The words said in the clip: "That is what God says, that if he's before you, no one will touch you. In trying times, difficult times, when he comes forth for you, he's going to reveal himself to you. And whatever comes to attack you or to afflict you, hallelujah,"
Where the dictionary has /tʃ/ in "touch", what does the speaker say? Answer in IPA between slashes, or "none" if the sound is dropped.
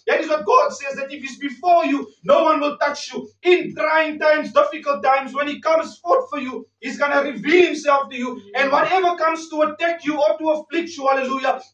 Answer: /s/